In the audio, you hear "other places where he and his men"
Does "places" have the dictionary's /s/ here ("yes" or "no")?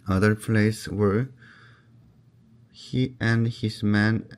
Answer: no